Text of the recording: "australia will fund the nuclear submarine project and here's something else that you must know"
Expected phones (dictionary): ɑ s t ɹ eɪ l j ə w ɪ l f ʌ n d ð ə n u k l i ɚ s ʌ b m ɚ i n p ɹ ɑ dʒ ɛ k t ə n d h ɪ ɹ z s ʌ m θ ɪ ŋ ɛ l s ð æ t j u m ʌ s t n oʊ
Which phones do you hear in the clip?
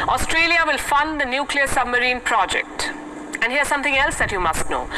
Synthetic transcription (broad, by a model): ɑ s t ɹ eɪ l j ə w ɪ l f ʌ n d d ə n u k l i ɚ s ʌ b m ɚ i n p ɹ ɑ dʒ ɛ k t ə n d h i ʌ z s ʌ m t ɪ ŋ ɛ l s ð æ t j u m ʌ s t n oʊ